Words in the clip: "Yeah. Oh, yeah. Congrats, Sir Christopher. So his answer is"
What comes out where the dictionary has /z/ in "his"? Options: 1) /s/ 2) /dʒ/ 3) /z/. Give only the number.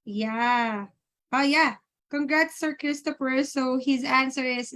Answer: 3